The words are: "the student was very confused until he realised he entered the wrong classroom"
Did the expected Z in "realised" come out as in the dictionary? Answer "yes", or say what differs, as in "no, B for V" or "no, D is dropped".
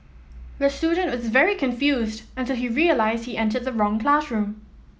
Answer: yes